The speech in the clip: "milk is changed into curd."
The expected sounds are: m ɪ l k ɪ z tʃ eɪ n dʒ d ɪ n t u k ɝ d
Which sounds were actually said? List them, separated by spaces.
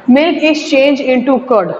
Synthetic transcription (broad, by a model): m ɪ l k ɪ s tʃ eɪ n dʒ ɪ n t u k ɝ d